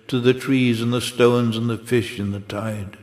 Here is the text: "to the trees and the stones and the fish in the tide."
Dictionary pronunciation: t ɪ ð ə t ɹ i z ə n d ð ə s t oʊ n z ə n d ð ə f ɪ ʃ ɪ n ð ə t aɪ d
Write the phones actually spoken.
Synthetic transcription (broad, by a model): t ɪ ð ə t ɹ i z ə n ð ə s t oʊ n z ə n ð ə f ɪ ʃ ɪ n ð ə t aɪ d